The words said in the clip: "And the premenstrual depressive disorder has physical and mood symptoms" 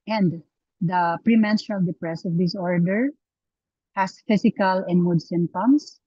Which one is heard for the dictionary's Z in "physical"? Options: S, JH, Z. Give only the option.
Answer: S